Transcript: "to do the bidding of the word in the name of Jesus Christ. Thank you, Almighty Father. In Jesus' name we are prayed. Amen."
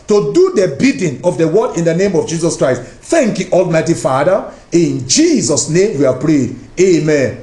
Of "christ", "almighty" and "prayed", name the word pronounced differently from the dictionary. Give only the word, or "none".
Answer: none